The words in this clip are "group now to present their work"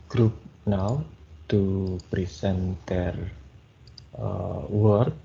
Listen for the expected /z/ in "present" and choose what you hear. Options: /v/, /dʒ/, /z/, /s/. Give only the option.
/s/